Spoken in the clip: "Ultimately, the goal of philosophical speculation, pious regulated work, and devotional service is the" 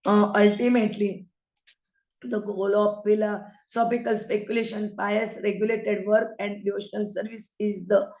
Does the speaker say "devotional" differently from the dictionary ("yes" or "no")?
no